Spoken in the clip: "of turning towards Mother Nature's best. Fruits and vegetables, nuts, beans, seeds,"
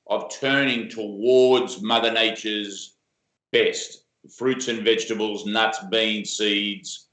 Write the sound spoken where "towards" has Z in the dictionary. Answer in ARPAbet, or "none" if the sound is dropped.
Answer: Z